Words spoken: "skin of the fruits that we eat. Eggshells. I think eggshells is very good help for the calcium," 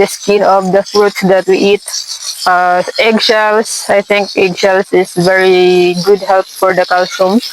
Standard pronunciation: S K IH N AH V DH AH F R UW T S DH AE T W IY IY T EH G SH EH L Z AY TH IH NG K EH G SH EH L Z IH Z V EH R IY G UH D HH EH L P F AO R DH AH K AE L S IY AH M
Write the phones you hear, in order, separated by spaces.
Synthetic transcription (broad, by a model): S K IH N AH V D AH F R UW T S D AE T W IY IY T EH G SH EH L S AY T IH NG K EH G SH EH L S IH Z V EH R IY G UH D HH EH L P F AO R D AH K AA L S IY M